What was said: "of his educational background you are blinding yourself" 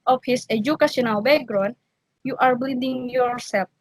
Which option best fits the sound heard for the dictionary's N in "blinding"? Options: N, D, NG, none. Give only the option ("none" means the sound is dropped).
none